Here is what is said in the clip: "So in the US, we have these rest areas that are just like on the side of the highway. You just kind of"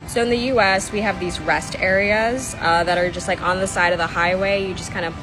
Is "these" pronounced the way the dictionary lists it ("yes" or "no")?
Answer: yes